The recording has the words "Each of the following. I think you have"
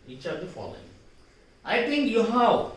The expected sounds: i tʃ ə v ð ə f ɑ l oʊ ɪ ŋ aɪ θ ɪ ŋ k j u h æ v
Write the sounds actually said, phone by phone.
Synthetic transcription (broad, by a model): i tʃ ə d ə f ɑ l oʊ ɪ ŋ aɪ t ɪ ŋ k j u h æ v